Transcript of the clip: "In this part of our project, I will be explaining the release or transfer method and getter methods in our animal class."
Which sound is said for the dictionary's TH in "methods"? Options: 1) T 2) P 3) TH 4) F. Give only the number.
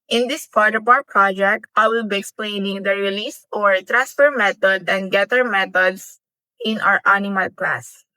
1